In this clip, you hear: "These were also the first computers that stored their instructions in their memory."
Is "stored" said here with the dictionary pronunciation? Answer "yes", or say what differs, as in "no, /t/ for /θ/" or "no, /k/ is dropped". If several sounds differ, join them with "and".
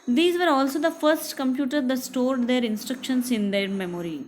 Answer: yes